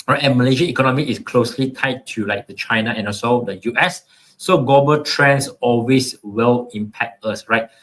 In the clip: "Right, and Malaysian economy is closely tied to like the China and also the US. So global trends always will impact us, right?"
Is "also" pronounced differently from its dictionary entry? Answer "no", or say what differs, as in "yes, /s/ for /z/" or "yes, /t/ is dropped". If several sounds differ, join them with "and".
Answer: yes, /l/ is dropped